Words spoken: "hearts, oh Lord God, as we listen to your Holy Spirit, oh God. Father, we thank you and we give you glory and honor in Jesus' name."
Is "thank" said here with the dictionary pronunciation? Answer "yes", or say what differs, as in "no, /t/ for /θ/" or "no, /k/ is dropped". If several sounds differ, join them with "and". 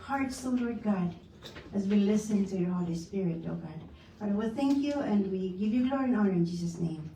yes